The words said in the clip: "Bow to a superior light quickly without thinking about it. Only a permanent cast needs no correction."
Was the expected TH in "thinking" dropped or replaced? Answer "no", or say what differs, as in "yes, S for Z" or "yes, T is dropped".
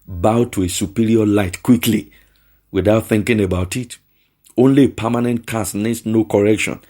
no